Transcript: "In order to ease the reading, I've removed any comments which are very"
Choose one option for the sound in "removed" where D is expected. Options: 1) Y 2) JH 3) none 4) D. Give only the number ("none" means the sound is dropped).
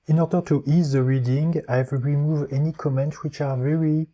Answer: 3